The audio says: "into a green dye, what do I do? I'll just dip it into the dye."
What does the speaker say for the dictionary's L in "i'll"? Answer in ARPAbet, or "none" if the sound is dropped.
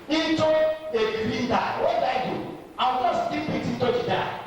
W